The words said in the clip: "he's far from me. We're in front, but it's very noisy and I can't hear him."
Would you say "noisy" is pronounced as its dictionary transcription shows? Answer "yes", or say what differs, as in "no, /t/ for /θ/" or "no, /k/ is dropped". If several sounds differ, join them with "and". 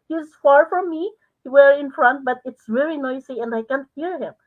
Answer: no, /s/ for /z/